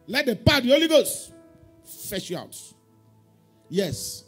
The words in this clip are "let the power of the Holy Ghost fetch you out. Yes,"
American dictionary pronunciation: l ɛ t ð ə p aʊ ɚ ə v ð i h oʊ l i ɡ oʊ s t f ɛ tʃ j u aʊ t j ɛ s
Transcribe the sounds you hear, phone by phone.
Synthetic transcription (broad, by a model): l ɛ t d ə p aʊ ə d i oʊ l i ɡ oʊ s t f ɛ ʃ j u aʊ t j ɛ s